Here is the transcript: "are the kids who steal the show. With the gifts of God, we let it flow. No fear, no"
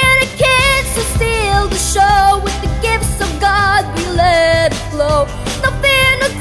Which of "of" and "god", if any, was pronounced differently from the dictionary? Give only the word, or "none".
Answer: none